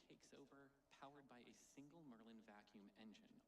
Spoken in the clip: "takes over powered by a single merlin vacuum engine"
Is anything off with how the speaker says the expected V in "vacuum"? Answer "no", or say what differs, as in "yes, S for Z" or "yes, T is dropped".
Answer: no